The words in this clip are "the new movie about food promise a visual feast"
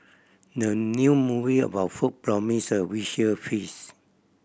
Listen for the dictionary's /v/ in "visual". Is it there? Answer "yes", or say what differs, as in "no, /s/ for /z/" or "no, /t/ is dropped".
no, /w/ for /v/